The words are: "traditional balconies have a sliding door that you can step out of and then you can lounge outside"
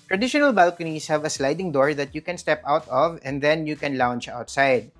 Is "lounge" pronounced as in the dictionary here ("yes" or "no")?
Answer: no